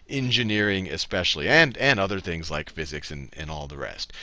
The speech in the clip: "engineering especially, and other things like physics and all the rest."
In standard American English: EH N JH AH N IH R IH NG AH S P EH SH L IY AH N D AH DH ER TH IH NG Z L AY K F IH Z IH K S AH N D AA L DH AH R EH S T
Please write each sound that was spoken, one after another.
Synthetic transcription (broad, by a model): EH N JH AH N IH R IH NG AH S P EH SH L IY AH N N AH DH ER TH IH NG Z L AY K F IH Z IH K S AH N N AA L DH AH R EH S T